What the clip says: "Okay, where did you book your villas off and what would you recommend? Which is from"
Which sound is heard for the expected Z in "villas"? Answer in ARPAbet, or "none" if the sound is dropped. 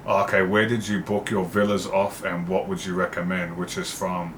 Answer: Z